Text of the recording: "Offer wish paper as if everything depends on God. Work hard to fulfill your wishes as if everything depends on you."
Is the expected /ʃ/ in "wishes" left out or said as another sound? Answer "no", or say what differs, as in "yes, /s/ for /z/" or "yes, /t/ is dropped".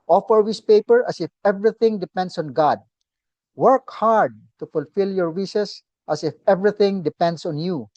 yes, /s/ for /ʃ/